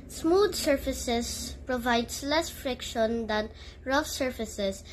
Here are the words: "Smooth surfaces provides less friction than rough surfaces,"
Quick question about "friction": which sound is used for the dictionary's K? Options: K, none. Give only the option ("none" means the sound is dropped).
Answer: K